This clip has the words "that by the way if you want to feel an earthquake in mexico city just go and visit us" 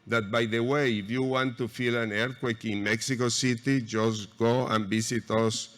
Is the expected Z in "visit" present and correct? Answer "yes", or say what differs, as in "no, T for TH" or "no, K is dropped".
no, S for Z